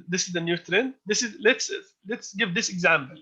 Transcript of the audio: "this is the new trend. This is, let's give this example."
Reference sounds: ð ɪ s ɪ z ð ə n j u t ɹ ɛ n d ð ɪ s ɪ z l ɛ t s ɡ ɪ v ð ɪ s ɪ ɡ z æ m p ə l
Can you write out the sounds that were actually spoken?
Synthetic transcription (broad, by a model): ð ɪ s ɪ z ð ə n j u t ɹ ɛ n ð ɪ s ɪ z l ɛ t s ɡ ɪ v ð ɪ s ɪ ɡ z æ m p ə l